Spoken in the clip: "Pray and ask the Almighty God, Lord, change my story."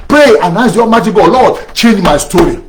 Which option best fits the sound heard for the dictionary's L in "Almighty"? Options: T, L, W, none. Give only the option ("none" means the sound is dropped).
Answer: none